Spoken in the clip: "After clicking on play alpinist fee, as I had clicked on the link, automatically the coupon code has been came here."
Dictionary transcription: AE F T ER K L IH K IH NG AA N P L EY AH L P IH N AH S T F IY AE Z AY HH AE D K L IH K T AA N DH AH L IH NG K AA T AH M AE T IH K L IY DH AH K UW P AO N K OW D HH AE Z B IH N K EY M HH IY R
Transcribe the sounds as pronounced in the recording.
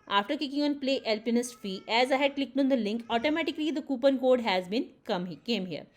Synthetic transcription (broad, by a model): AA F T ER K IH K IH NG AA N P L EY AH L P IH N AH S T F IY AE Z AY HH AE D K L IH K T AA N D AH L IH NG K AA T AH M AE T IH K L IY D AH K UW P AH N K OW D HH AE Z B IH N K EY M HH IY R